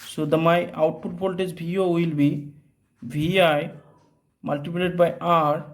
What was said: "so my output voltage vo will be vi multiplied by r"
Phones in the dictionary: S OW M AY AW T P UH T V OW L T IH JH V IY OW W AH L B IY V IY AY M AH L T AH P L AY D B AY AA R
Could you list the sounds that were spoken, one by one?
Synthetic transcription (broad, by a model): S OW M AY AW T P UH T P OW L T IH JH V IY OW W AH L B IY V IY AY M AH L T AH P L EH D B AY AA R